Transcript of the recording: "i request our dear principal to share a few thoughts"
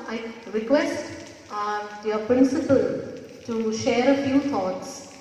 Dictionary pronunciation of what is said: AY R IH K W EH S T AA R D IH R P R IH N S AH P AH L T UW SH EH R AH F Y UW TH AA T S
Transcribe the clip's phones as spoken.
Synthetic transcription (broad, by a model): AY R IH K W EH S T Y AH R P R IH N S AH P AH L T UW SH EH R AH F Y UW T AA T S